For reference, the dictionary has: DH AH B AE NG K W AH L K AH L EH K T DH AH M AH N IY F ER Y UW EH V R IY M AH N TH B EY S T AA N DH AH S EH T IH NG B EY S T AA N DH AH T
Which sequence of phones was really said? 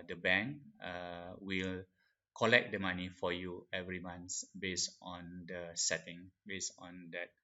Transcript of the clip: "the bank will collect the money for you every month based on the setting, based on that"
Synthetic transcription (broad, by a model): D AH B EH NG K W AH L K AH L EH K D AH M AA N IY F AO Y UW EH V R IY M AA N S B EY S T AA N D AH S EH T IH NG B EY S AA N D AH T